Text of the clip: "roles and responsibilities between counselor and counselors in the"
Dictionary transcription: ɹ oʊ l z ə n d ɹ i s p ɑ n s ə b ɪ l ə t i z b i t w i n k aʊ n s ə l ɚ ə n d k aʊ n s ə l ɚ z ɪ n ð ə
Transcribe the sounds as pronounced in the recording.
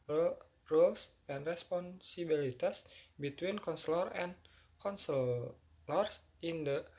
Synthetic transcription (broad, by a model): ɹ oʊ l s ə n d ɹ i s p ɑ n s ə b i l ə t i s b i t w i n k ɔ n s l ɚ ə n k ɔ n s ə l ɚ s ɪ n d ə